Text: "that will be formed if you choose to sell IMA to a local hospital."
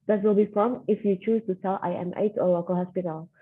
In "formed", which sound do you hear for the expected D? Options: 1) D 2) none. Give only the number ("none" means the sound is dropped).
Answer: 2